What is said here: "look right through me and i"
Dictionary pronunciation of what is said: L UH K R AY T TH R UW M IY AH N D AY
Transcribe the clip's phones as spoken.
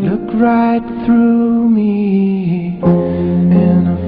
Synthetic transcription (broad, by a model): L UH K R AY T TH R UW M IY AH N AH